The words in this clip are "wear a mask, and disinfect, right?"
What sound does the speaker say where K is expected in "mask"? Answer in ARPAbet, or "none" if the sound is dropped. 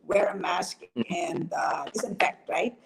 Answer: K